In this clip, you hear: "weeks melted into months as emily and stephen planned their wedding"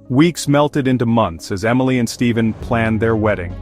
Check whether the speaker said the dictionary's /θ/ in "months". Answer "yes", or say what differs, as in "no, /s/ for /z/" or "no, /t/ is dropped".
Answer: yes